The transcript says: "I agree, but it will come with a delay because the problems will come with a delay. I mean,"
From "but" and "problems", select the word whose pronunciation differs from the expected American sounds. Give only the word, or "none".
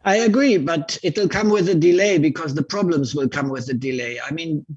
none